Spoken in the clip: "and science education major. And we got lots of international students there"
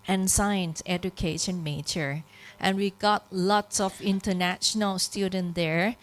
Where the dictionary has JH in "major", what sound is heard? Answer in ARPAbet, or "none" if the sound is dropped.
CH